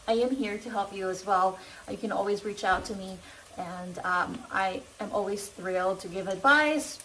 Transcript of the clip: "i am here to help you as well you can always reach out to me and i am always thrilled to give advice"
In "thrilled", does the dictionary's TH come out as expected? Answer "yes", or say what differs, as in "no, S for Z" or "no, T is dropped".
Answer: yes